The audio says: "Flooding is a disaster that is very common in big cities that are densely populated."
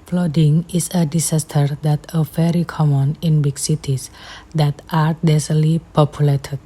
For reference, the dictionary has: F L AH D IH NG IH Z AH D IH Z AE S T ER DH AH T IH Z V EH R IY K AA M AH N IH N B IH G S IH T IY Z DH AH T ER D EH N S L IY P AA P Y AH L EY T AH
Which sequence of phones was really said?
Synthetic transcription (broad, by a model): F L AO D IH NG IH S AH D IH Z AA S T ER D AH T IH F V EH R IY K AA M AH N IH N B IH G S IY T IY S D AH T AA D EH S L IY P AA P Y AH L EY T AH